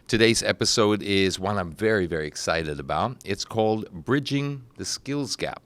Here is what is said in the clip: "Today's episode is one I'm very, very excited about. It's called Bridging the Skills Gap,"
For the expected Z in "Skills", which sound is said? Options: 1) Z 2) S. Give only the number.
1